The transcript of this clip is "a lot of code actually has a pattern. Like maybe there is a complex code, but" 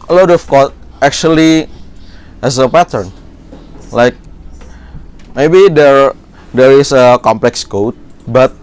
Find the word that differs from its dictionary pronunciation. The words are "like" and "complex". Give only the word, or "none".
none